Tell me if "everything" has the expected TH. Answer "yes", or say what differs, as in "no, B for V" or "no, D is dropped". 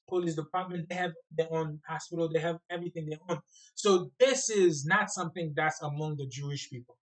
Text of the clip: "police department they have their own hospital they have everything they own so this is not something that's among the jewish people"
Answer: yes